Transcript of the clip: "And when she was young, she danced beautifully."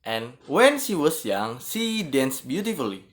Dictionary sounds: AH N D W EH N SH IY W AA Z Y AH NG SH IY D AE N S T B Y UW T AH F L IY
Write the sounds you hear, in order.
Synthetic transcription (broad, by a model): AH N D W EH N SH IY W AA S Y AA NG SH IY D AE N S B Y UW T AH F L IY